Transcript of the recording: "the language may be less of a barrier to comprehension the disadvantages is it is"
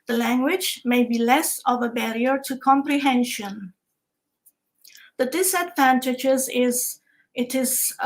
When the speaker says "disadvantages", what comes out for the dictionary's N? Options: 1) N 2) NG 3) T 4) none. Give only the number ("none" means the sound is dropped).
1